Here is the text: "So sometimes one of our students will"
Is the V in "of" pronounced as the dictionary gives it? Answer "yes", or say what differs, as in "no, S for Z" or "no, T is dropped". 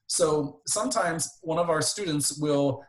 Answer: yes